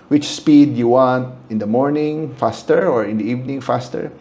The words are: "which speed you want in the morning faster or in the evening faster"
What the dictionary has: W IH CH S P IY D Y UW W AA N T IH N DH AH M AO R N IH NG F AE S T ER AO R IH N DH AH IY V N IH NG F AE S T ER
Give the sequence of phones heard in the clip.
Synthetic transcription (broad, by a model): W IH CH S P IY D Y UW W AA N T IH N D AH M AO R N IH NG F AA S T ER AO R IH N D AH IY V N IH NG F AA S T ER